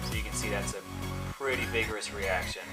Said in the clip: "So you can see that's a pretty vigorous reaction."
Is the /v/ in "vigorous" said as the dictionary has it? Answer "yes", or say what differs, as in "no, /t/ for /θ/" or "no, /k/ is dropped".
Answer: yes